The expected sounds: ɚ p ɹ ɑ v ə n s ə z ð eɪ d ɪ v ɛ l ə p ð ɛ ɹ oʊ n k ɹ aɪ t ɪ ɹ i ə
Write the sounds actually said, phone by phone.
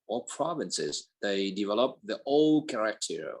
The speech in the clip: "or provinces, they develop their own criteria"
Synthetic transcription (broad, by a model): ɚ p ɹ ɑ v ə n s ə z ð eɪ d ɪ v ɛ l ə p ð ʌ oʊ l k ɹ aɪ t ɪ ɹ